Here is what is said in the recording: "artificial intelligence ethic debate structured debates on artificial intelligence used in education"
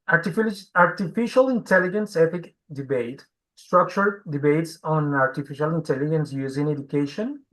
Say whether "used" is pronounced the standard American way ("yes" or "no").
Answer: no